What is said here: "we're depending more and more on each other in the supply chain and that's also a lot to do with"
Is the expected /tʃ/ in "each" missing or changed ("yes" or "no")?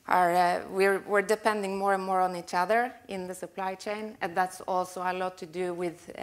no